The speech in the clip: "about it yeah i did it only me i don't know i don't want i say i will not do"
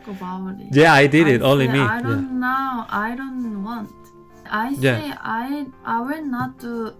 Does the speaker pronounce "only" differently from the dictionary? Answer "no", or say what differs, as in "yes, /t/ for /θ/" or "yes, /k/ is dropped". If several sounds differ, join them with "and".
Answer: yes, /n/ is dropped